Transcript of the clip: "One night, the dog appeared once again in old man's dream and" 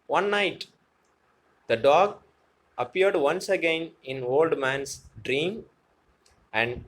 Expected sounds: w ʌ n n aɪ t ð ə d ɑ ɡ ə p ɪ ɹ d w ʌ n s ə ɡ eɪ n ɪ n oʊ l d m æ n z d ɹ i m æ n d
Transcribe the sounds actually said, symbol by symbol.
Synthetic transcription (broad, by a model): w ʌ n n aɪ t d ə d ɑ ɡ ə p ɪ ɹ d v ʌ n s ə ɡ eɪ n ɪ n oʊ l d m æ n s d ɹ i m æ n d